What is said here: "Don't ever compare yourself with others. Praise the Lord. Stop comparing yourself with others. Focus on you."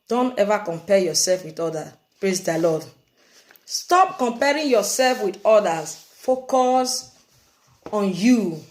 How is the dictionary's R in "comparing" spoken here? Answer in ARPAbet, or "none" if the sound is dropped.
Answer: R